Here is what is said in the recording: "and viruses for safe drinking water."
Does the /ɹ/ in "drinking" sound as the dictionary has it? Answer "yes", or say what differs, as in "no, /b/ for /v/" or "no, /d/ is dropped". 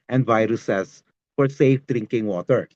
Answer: yes